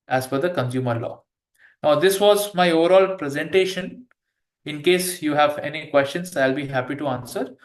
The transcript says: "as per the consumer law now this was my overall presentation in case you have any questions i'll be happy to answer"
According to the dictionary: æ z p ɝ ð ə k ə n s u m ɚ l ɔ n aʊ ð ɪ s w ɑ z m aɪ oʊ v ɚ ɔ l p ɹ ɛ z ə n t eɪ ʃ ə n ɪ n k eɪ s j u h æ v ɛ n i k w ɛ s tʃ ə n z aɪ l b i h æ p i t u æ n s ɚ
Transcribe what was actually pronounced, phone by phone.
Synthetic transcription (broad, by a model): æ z f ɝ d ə k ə n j u m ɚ l ɔ n aʊ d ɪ s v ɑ z m aɪ oʊ v ɚ ɔ l p ɹ ɛ z ə n t eɪ ʃ ə n ɪ n k eɪ s j u h æ v ɛ n i k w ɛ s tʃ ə n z aɪ l b i h æ p i t u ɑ n s ɚ